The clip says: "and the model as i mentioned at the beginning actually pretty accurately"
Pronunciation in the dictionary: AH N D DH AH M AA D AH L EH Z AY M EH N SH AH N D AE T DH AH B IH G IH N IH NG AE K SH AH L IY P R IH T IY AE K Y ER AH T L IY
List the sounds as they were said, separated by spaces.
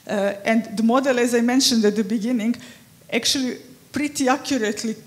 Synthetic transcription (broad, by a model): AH N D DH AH M AA D AH L EH Z AY M EH N SH AH N D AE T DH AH B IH G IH N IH NG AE K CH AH L IY P R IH T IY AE K Y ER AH T L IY